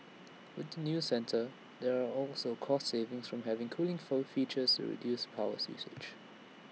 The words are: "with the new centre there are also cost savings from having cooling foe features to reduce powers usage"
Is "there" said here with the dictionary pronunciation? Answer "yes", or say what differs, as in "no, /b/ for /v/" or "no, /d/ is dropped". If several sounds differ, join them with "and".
yes